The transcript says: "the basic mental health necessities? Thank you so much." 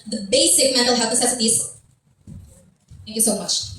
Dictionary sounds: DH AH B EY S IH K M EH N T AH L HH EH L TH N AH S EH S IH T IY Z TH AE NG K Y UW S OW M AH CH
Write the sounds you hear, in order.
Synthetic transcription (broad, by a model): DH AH B EY S IH K M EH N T L HH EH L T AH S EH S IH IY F TH AE NG K Y UW S OW M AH CH